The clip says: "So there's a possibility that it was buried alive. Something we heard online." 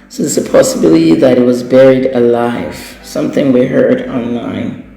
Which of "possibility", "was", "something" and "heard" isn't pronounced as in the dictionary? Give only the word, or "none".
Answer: none